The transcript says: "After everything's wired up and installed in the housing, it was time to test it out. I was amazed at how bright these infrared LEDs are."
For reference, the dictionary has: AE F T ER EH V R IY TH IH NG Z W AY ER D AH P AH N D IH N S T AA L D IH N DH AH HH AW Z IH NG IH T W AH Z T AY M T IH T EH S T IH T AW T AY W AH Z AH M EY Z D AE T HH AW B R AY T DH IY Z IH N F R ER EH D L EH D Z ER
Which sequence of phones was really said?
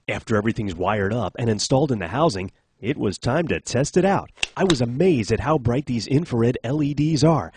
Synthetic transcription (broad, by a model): AE F T ER EH V R IY TH IH NG Z W AY ER D AH P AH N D IH N S T AA L D IH N DH AH HH AW Z IH NG IH T W AH Z T AY M T IH T EH S T IH T AW T AY W AH Z AH M EY Z D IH T HH AW B R AY T DH IY Z IH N F ER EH D L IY D Z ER